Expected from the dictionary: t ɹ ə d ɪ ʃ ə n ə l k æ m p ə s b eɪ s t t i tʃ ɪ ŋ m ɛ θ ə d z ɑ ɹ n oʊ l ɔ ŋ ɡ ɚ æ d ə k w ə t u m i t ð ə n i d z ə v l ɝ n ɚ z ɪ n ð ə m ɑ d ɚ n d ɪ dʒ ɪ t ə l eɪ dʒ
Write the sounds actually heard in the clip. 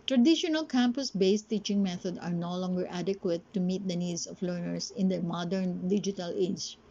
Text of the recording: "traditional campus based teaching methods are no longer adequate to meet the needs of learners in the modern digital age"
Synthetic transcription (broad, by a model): t ɹ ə d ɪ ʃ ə n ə l k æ m p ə s b eɪ s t t i tʃ ɪ ŋ m ɛ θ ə d ɑ ɹ n oʊ l ɔ ŋ ɡ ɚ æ d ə k w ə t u m i t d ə n i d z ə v l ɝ n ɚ s ɪ n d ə m ɑ d ɚ n d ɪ dʒ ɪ t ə l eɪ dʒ